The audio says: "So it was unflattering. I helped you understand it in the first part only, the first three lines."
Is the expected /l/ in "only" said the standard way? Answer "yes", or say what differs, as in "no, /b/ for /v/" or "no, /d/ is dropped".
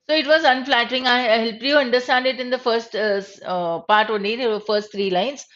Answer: no, /l/ is dropped